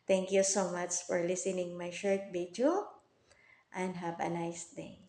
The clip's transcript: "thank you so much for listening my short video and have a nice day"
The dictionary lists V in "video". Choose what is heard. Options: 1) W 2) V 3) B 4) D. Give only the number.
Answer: 3